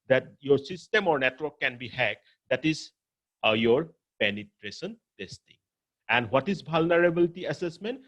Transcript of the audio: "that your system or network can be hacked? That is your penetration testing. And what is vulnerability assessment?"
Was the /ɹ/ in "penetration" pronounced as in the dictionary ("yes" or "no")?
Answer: yes